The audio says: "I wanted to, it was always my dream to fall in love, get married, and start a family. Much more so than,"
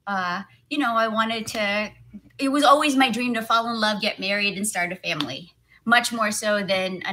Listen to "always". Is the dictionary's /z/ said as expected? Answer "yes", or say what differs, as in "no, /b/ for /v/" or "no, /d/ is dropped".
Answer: yes